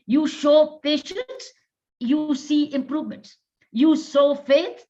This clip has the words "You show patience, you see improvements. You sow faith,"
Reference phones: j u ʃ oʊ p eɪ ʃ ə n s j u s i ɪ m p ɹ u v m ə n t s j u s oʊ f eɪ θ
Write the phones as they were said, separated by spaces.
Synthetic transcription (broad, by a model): j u ʃ oʊ p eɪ ʃ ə n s j u s i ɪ m p ɹ u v m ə n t j u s oʊ f eɪ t